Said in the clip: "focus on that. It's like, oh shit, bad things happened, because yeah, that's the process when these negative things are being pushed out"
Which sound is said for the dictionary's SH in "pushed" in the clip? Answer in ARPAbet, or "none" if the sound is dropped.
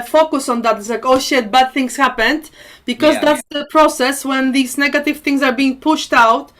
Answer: SH